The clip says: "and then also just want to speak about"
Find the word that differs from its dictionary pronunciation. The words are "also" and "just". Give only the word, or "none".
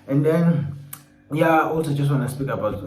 none